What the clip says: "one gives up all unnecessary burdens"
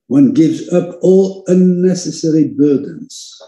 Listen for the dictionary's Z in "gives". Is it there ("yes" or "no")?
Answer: yes